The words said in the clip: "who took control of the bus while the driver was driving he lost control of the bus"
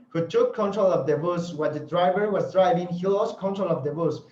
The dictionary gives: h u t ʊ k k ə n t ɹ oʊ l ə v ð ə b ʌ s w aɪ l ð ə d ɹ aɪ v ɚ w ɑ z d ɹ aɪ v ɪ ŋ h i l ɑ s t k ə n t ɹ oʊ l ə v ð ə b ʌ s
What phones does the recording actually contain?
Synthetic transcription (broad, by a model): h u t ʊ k k ə n t ɹ oʊ l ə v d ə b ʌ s w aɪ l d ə d ɹ aɪ v ɚ w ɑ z d ɹ aɪ v ɪ ŋ h i l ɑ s k ə n t ɹ oʊ l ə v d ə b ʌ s